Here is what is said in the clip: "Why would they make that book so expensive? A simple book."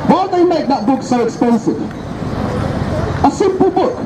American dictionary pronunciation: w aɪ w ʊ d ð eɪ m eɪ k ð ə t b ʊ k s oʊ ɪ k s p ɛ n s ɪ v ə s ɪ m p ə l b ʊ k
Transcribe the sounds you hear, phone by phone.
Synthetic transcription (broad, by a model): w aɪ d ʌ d ð eɪ m eɪ k ð ə t b ʊ k s oʊ ɪ k s p ɛ n s ɪ v ə s ɪ m p ə l b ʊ k